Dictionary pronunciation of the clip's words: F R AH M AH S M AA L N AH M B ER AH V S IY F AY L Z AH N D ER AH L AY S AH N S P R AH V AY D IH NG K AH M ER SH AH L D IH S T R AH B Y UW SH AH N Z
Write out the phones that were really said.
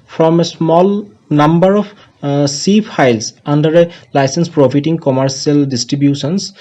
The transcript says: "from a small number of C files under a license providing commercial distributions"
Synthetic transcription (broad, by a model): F R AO M AH S M AA L N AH M B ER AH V S IY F AY L S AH N D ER AH L AY S AH N S P R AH F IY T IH NG K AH M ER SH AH L D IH S T R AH B Y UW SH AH N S